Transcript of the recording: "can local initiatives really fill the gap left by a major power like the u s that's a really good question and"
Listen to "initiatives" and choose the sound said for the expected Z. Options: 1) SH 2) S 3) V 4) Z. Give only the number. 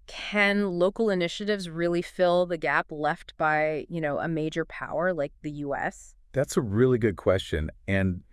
4